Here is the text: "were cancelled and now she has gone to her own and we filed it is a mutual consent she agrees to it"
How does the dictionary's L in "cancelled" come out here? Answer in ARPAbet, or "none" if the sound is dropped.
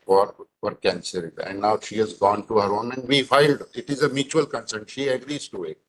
none